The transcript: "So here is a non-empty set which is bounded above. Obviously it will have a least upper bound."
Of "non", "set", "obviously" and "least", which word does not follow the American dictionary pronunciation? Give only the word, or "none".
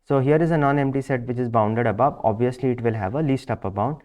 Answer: none